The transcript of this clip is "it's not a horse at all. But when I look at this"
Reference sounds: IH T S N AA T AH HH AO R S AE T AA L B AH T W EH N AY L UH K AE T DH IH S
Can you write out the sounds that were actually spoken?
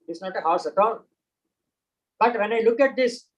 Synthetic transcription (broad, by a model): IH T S N AA T AH HH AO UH S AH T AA N B AH T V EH N AY L UH K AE T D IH S